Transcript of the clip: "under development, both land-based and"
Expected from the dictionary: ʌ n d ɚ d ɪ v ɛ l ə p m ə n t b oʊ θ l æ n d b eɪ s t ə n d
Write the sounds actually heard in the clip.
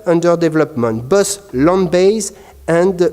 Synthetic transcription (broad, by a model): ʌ n d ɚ d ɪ v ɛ l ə p m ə n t b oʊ s l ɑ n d b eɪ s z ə n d